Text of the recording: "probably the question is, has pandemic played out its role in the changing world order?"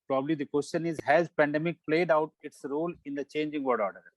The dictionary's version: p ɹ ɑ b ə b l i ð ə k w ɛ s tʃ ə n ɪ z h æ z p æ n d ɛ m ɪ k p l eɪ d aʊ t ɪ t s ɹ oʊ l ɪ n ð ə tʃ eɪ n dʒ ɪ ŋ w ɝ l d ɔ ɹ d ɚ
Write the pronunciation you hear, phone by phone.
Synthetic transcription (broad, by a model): p ɹ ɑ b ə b l i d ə k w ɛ s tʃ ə n ɪ z h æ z p æ n d ɛ m ɪ k p l eɪ d aʊ t ɪ t s ɹ oʊ l ɪ n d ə tʃ eɪ n dʒ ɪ ŋ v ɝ d ɔ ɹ d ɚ